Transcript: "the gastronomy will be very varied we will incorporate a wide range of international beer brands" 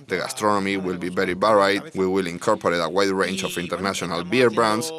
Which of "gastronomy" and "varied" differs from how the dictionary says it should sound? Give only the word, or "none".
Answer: varied